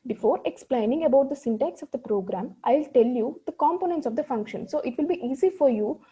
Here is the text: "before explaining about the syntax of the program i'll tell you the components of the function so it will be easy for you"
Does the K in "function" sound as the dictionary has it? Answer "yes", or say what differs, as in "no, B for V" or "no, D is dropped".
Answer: yes